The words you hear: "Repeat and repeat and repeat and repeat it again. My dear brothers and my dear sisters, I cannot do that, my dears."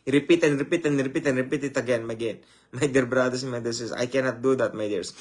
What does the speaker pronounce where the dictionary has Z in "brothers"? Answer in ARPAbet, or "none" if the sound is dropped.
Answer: S